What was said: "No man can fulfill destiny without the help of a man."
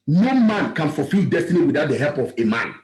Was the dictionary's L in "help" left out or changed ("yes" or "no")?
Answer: no